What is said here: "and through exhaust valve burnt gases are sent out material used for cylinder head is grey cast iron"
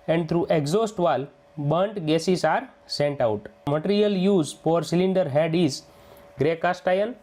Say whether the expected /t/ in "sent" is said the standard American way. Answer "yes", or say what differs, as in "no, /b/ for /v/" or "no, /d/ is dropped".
yes